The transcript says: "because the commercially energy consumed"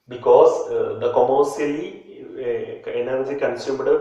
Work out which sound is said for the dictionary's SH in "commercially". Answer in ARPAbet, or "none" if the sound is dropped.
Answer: S